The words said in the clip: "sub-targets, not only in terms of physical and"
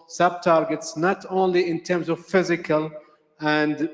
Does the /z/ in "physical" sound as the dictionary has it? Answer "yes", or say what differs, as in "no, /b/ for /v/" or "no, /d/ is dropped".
yes